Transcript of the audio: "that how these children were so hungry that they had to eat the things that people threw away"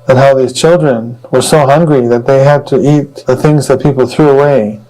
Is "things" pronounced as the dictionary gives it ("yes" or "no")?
yes